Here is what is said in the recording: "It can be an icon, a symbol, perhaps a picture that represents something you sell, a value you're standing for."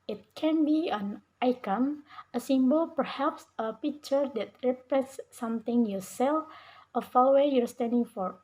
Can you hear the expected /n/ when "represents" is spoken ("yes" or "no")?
no